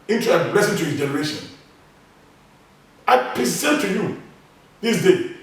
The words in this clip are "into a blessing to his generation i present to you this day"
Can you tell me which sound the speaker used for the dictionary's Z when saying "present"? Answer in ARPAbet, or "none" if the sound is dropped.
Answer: S